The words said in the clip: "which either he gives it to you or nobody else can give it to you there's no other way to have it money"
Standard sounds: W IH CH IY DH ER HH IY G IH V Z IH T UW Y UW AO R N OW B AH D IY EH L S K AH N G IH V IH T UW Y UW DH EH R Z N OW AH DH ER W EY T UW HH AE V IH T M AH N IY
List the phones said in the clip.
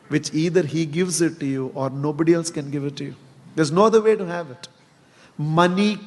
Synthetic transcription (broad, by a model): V IH CH IY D ER HH IY G IH V Z IH T UW Y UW AO R N OW B AH D IY EH L S K AH N G IH V IH T UW Y UW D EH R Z N OW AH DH ER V EY T UW HH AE V IH T M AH N IY